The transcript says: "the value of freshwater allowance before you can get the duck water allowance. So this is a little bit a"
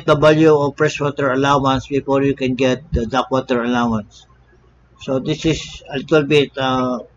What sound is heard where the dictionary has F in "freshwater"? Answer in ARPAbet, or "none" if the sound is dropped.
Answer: P